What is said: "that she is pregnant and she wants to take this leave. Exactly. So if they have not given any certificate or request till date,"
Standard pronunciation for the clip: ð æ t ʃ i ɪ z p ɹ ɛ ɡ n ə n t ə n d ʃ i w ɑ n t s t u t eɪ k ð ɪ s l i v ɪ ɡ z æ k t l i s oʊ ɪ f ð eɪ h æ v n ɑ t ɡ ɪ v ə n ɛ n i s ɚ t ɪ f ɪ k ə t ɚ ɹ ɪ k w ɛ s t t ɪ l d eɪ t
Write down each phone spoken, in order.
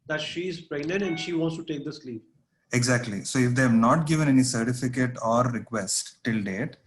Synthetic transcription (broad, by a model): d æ t ʃ i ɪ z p ɹ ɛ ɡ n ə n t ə n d ʃ i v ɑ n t s t u t eɪ k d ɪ s l i p ɪ ɡ z æ k t l i s oʊ ɪ f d eɪ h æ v n ɑ t ɡ ɪ v ə n ɛ n i s ɚ t ɪ f ɪ k ə t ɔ ɹ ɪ k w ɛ s t t ɪ l d eɪ t